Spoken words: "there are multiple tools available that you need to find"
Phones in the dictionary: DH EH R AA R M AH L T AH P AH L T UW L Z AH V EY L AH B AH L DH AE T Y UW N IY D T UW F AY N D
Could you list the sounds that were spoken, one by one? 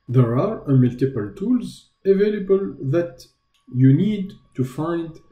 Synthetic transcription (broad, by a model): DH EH R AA R M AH L T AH P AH L T UW L Z AH V EY L AH B AH L DH AE T Y UW N IY D T UW F AY N D